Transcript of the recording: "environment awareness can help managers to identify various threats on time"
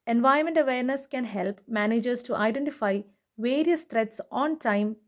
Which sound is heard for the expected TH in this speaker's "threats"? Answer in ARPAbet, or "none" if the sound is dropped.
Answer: T